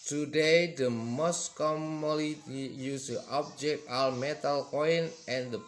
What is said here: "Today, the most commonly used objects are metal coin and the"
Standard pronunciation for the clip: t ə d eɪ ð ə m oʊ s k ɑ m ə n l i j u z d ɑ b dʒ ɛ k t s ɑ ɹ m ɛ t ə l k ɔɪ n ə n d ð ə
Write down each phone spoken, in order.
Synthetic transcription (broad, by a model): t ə d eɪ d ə m oʊ s k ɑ m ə l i j u s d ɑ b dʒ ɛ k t ɑ l m ɛ t ə l k ɔɪ n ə n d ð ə